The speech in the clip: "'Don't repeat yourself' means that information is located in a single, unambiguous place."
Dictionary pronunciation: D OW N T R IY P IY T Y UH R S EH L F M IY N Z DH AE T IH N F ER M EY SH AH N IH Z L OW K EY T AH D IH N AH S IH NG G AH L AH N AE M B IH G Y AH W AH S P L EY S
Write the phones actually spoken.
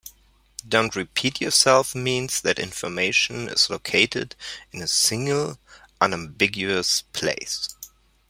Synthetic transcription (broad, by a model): D OW N T R IY P IY T Y UH R S EH L F M IY N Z DH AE T IH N F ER M EY SH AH N IH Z L OW K EY T AH D IH N AH S IH NG G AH L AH N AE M B IH G Y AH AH S P L EY S